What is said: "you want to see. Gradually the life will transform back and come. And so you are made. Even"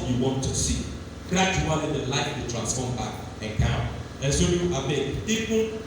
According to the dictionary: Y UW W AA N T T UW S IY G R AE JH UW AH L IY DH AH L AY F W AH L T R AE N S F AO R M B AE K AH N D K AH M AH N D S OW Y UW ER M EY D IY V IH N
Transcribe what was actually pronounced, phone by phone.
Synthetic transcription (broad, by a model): Y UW W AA N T T UW S IY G R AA JH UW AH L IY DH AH L AY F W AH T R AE N S F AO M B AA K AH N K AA AH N S OW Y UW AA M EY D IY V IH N